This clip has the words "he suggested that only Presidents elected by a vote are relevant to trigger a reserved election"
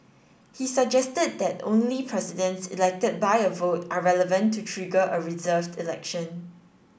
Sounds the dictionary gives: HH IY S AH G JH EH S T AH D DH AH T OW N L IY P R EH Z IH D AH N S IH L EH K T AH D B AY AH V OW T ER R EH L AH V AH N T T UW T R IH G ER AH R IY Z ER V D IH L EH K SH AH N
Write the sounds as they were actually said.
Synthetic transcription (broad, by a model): HH IY S AH G JH EH S T AH D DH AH T OW N L IY P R EH S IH D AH N S IH L EH K T AH D B AY AH V OW T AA R EH L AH V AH N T T UW T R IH G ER AH R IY Z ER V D IH L EH K SH AH N